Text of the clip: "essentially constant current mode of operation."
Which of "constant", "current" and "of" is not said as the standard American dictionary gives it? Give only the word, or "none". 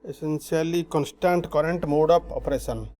of